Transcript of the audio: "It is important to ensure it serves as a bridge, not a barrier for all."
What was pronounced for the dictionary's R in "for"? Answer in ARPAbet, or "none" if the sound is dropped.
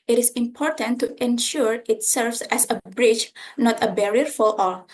L